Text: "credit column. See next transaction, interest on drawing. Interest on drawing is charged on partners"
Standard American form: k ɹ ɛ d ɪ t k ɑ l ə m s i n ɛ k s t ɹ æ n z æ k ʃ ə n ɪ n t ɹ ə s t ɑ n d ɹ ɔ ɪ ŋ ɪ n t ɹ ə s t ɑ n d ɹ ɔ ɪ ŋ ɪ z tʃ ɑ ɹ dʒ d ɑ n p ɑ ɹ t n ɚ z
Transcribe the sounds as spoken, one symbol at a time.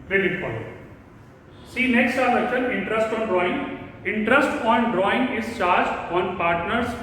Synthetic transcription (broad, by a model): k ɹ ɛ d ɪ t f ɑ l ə s i n ɛ k s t æ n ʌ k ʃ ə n ɪ n t ɹ ə s t ɑ n d ɹ ɔ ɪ ŋ ɪ n t ɹ ə s t ɑ n d ɹ ɔ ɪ ŋ ɪ z tʃ ɑ ɹ dʒ d ɑ n p ɑ ɹ t n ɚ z